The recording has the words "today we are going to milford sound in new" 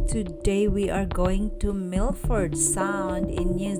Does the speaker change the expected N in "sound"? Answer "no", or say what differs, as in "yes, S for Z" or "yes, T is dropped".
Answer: no